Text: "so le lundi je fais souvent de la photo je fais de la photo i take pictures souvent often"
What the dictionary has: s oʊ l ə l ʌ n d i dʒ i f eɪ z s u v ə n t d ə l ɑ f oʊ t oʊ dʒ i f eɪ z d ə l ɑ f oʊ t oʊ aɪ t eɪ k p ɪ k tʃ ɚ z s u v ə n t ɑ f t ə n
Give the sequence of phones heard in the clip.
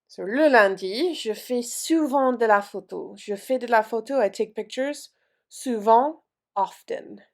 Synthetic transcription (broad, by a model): s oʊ l ə l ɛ d i ʒ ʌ f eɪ s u v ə d ə l ɑ f oʊ t oʊ ʒ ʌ f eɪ d ə l ɑ f oʊ t oʊ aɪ t eɪ k p ɪ k tʃ ɚ z s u v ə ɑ f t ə n